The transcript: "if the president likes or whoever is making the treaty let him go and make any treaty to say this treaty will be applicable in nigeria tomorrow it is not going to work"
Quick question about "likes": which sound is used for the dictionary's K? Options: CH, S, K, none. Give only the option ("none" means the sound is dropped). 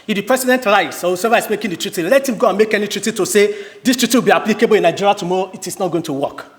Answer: none